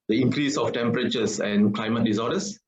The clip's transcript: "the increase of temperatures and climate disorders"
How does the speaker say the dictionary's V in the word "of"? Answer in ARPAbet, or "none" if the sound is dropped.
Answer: F